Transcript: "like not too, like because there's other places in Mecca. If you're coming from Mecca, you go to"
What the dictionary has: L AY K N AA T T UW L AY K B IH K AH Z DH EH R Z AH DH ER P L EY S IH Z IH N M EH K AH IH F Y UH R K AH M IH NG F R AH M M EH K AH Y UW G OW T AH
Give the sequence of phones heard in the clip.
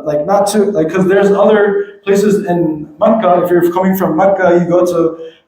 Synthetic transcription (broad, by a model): L AY K N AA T T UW L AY IH K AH Z DH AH R Z AH DH ER P L EY S IH Z IH N M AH K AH IH F Y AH R K AH M IH NG F R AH M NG K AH Y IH G OW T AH